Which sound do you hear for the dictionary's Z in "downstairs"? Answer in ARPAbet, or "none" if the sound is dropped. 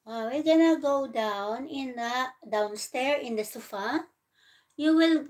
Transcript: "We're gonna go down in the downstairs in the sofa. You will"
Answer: none